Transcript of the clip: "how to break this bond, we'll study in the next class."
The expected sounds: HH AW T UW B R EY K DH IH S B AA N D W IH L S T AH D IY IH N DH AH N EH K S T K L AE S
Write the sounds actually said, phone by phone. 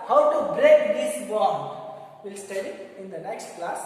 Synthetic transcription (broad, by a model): HH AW T UW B R EY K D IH S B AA D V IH L S T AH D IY IH N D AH N EH K S T K L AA S